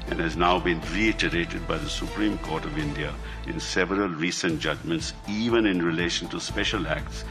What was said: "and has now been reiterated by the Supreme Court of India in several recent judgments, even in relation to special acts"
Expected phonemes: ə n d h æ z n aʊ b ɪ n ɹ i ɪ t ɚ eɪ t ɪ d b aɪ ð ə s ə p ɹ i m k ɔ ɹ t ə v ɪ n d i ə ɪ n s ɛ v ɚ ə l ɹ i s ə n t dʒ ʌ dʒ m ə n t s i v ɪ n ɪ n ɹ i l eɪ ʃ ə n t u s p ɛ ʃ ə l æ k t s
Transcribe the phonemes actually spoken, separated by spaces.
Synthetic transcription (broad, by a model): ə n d h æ z n aʊ b ɪ n ɹ i ɪ t ɚ eɪ t ɪ d b aɪ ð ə s ə p ɹ i m k ɔ ɹ t ə v ɪ n d i ə ɪ n s ɛ v ɚ ə l ɹ i s ə n t dʒ ʌ dʒ m ə n t s i v ɪ n ɪ n ɹ i l eɪ ʃ ə n t u s p ɛ ʃ ə l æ k t s